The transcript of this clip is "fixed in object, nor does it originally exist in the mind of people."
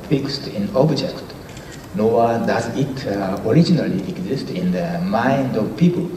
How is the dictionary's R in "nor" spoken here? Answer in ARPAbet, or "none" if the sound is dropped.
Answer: W